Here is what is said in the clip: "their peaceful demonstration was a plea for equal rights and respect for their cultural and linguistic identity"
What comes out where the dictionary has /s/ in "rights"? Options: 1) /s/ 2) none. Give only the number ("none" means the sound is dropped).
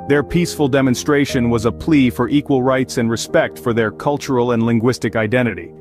1